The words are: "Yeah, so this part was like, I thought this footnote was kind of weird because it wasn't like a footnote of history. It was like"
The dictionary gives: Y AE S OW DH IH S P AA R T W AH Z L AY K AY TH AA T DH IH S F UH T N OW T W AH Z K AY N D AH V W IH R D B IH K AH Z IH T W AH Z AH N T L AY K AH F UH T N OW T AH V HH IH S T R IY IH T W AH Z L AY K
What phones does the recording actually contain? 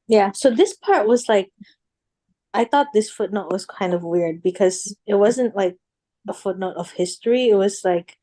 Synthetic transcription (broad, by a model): Y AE S OW DH IH S P AA R T W AH Z L AY K AY TH AA T DH IH S F UH T N OW T W AH Z K AY N D AH V W IH R D B IH K AH Z IH T W AH Z AH N T L AY K AH F UH T N OW T AH V HH IH S T R IY IH T W AH Z L AY K